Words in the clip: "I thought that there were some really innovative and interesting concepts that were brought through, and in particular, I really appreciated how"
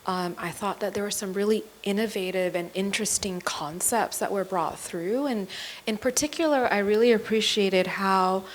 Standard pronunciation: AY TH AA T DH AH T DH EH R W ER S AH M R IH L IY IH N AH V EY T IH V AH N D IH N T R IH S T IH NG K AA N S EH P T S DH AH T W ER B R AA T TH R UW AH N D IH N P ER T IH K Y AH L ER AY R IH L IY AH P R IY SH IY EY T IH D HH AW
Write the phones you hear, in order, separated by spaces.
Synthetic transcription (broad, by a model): AY TH AA T DH AH T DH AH R W ER S AH M R IH L IY IH N AH V EY T IH V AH N IH N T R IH S T IH NG K AA N S EH P T S DH AH T W ER B R AA T TH R UW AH N IH N P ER T IH K Y L ER AY R IH L IY AH P R IY SH IY EY T IH D HH AW